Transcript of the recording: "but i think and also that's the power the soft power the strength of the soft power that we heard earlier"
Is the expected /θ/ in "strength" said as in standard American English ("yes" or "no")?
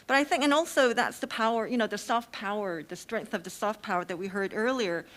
yes